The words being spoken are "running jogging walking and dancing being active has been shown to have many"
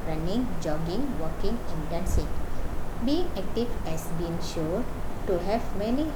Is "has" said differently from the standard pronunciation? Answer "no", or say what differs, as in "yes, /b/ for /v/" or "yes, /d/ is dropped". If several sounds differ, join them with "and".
yes, /s/ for /z/